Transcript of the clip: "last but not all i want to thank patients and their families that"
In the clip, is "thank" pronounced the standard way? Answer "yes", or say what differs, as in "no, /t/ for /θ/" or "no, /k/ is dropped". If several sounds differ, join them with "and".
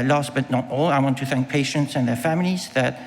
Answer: yes